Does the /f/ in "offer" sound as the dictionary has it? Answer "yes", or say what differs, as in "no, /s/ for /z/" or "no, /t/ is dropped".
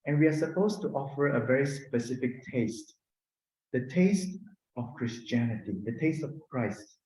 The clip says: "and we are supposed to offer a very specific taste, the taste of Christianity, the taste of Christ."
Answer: yes